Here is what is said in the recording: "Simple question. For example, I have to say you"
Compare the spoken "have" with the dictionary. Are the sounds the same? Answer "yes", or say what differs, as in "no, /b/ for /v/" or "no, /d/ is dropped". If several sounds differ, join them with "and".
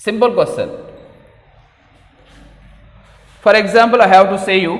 no, /w/ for /v/